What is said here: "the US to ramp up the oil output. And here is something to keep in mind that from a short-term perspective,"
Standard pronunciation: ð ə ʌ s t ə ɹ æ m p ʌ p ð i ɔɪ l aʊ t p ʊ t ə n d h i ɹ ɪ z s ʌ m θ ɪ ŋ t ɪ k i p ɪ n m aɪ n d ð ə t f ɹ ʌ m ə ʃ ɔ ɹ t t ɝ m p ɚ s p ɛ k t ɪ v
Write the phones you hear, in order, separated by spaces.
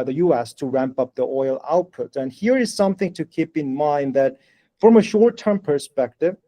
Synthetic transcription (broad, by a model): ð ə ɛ s t ə ɹ æ m p ʌ p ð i ɔɪ l aʊ t p ʊ t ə n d h i ɹ ɪ z s ʌ m θ ɪ ŋ t ɪ k i p ɪ n m aɪ n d ð ə t f ɹ ʌ m ə ʃ ɔ ɹ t t ɝ m p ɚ s p ɛ k t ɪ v